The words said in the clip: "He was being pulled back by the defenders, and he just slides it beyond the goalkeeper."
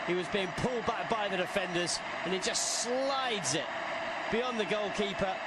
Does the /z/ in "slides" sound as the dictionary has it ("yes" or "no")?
yes